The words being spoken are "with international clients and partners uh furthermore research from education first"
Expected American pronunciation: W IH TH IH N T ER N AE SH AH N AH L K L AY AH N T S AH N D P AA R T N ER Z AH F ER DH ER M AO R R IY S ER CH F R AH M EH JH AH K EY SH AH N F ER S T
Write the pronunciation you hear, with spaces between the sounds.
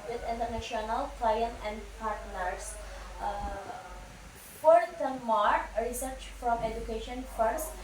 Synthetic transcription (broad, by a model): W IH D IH N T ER N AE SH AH N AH L K L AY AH N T AH N D P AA R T N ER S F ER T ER M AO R R IY S ER CH F R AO M EH JH AH K EY SH AH N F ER S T